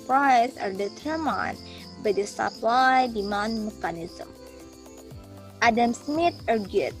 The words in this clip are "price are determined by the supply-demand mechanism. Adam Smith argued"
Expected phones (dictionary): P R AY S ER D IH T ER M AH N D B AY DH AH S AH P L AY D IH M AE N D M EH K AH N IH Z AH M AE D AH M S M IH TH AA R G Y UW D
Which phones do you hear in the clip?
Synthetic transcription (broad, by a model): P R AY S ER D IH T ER M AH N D B AY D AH S AH P L AY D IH M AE N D M EH K AH N IH Z AH M AE D AH M S M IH T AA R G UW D